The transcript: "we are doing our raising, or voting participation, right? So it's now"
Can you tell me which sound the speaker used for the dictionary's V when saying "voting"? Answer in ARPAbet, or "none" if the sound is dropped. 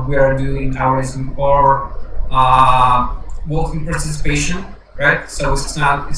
W